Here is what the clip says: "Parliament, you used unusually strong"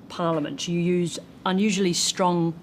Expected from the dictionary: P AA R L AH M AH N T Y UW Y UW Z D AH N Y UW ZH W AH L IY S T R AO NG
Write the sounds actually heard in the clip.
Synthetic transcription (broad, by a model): P AA L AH M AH N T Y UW Y UW Z AH N Y UW ZH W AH L IY S T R AO NG